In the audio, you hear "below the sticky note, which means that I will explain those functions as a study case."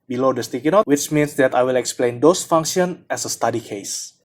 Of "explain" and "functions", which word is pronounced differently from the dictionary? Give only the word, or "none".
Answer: functions